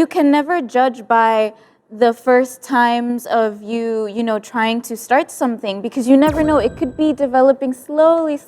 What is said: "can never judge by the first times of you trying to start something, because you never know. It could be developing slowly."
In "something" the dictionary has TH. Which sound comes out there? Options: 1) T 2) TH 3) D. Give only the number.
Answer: 2